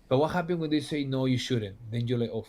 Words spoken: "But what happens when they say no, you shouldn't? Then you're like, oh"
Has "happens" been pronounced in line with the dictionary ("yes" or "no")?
no